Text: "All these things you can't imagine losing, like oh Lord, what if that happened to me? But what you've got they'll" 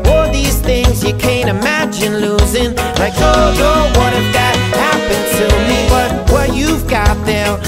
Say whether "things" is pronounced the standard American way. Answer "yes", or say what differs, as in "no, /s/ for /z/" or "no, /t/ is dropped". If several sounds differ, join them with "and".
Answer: yes